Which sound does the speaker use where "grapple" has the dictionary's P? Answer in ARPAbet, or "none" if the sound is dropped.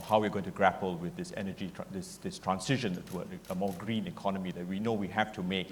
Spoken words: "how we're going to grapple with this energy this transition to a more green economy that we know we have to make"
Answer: P